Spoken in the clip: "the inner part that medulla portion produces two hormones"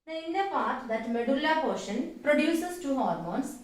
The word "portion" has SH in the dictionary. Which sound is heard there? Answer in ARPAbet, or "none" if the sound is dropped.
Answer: SH